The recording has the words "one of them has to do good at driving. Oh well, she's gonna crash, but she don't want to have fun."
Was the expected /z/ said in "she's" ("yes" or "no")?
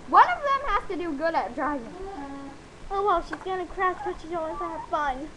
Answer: yes